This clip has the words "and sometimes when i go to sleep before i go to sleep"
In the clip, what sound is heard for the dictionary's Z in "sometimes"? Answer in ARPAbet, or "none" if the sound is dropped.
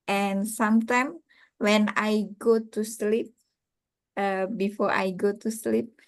none